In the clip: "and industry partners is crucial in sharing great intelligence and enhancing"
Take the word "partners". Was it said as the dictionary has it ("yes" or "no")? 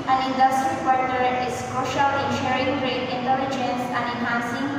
no